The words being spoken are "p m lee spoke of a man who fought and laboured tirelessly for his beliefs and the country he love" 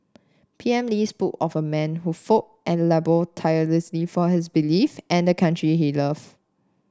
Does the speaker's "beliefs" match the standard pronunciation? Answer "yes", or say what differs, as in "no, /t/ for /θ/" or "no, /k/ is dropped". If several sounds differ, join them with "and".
no, /s/ is dropped